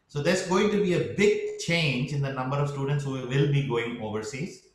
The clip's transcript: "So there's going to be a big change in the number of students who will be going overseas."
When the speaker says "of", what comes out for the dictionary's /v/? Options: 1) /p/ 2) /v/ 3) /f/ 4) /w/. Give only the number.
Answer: 2